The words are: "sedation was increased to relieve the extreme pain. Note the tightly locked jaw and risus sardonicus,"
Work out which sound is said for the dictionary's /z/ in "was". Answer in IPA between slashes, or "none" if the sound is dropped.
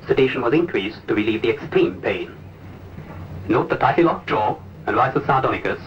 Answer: /z/